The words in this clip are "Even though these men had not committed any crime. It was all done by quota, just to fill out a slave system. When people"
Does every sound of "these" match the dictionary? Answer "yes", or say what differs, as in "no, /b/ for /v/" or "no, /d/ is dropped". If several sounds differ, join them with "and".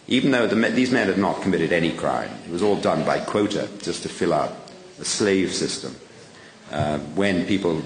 yes